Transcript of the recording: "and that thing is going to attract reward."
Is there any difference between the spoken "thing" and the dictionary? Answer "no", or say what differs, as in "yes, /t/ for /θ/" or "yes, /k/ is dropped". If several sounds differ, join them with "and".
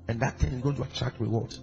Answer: yes, /t/ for /θ/